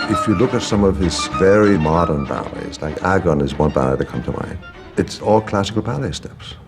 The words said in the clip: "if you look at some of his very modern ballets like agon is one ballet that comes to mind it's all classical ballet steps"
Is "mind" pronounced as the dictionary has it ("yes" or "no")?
no